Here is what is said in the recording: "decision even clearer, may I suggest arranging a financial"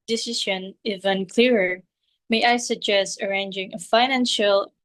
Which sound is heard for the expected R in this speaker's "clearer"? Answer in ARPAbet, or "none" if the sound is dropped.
R